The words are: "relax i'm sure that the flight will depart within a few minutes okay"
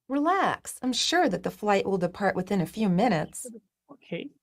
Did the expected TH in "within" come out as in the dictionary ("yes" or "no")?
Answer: yes